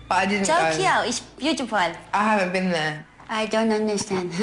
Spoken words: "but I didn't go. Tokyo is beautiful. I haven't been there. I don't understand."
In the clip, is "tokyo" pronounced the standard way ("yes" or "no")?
no